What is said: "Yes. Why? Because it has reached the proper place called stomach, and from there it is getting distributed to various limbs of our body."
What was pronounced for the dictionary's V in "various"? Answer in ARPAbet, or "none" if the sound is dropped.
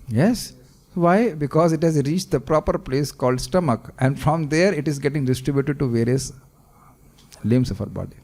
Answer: V